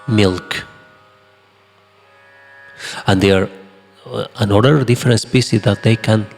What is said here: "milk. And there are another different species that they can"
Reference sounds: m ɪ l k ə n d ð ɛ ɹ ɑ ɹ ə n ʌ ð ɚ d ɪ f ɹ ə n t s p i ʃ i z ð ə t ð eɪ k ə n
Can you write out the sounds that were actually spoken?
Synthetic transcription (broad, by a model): m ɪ l k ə n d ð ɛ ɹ ɑ ɹ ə n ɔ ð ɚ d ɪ f ɹ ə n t s p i s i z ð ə t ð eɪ k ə n